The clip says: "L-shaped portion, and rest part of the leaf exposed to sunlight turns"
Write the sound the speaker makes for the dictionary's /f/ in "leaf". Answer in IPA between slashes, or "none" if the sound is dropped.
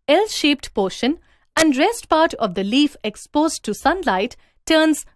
/f/